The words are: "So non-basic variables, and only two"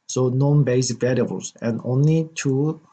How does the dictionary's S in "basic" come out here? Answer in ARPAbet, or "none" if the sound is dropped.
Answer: none